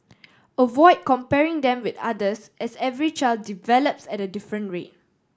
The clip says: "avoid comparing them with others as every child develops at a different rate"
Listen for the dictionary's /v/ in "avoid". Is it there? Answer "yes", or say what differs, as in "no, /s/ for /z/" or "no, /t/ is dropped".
yes